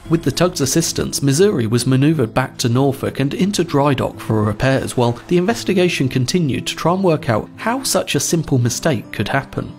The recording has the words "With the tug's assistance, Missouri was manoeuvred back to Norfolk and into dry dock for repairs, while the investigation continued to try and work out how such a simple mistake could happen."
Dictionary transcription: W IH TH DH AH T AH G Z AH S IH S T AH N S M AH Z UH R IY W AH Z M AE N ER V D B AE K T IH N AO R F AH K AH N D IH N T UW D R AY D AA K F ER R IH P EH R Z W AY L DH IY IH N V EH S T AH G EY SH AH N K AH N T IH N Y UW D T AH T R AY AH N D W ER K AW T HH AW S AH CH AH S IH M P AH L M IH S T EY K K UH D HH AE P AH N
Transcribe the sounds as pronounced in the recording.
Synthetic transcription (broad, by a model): W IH DH AH T AH G Z AH S IH S T AH N S M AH Z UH R IY W AH Z M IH N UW V D B AE K T IH N AO R F AH K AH N IH N T UW D R AY D AA K F ER R IH P EH R Z W AY L DH IY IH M V EH S T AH G EY SH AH N K AH N T IH N Y UW D T AH T R AY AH N W ER K AW T HH AW S AH CH AH S IH M P L M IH S T EY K K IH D HH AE P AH N